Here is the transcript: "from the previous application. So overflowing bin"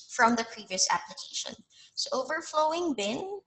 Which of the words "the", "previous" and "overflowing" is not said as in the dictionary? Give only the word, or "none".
none